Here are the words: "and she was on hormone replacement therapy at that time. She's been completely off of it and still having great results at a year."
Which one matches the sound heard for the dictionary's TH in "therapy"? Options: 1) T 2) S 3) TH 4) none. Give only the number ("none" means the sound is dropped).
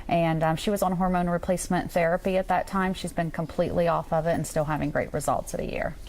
3